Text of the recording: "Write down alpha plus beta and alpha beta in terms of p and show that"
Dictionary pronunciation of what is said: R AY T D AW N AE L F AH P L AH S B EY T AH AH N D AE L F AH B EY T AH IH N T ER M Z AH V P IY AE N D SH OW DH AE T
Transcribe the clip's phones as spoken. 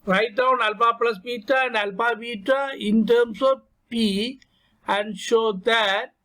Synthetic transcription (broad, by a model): R AY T D AW N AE L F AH P L AH S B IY T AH AH N D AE L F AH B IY T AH IH N T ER M S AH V P IY AE N D SH OW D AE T